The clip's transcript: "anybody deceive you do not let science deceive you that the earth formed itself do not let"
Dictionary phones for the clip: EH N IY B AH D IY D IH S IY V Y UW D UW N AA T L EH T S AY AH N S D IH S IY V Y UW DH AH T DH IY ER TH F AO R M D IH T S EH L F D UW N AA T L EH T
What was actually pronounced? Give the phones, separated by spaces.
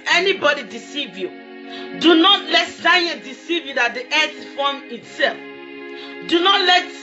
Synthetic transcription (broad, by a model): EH N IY B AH D IY D IH S IY V Y UW D UW N AA T L EH T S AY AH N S D IH S IY V Y UW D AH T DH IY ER S F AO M IH T S EH L F D UW N AA T L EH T